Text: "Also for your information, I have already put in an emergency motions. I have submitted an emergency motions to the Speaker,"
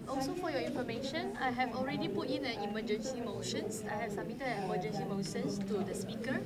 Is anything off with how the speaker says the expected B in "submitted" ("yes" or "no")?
yes